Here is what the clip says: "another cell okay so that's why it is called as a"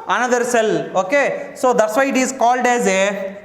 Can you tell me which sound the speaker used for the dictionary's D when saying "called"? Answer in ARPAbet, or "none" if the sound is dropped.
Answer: D